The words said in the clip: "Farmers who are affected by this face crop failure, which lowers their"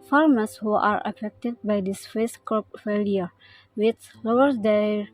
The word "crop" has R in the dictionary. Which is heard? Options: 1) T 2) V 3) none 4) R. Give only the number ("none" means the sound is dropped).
3